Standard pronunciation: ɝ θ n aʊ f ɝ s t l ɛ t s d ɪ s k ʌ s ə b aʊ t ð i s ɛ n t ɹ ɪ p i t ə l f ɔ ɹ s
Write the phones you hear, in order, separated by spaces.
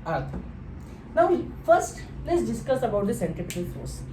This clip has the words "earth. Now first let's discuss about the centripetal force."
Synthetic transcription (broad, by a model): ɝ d n aʊ f ɝ s t l ɛ t s d ɪ s k ʌ s ə b aʊ t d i s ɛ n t ɪ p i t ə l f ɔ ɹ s